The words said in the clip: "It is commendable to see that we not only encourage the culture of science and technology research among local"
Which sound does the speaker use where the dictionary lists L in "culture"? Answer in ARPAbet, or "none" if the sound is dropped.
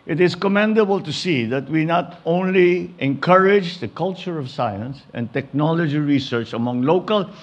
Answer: L